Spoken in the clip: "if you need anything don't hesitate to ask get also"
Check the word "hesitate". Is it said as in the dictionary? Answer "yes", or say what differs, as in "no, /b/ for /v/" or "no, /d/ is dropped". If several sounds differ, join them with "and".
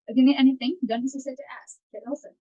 no, /s/ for /z/ and /s/ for /t/